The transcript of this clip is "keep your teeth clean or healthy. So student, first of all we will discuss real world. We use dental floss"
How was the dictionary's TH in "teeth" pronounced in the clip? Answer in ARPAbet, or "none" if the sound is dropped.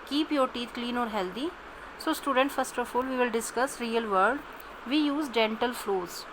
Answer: T